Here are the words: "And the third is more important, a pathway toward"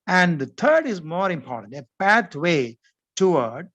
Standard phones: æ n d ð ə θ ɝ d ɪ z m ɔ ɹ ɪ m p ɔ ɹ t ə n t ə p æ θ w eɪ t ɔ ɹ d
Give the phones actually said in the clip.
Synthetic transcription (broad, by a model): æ n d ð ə t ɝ d ɪ z m ɔ ɹ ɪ m p ɔ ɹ t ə n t ə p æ t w eɪ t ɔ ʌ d